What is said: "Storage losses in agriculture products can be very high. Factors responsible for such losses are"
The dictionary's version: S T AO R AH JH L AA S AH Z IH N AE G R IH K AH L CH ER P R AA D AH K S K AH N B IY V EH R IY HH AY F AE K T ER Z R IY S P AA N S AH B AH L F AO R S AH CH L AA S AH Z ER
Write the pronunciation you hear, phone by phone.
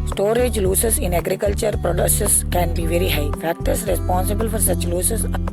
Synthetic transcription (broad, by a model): S T AO R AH JH L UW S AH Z IH N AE G R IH K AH L CH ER P R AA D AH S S K AH N B IY V EH R IY HH AY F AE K T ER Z R IY S P AA N S AH B AH L F AO R S AH CH L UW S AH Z